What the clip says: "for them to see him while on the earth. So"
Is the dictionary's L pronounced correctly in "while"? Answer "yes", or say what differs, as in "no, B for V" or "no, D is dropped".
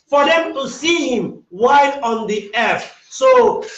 no, N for L